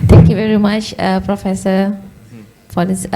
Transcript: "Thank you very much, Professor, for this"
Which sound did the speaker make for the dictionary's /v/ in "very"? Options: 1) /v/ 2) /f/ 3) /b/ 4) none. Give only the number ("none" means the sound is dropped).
1